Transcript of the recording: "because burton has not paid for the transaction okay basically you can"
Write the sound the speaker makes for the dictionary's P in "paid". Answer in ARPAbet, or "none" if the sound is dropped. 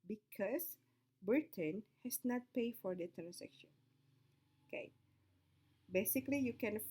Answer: P